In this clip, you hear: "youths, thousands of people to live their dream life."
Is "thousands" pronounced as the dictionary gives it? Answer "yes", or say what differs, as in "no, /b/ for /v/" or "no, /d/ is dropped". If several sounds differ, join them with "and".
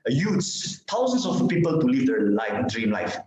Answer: no, /t/ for /θ/ and /s/ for /z/